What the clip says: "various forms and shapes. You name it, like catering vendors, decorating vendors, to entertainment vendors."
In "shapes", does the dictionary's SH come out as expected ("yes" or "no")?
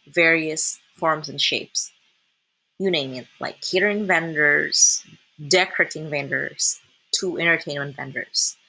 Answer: yes